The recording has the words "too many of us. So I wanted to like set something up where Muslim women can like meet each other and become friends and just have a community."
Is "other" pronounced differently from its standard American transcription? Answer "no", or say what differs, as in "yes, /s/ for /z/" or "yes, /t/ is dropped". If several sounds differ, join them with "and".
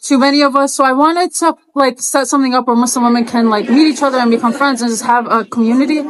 no